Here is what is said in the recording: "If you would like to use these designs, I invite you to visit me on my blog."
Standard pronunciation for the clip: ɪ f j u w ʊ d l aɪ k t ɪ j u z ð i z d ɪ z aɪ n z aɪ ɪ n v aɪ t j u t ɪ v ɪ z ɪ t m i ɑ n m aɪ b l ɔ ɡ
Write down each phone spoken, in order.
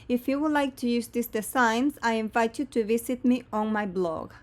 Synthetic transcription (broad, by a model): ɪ f j u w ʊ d l aɪ k t ɪ j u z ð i s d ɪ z aɪ n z aɪ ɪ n v aɪ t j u t ɪ v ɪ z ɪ t m i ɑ n m aɪ b l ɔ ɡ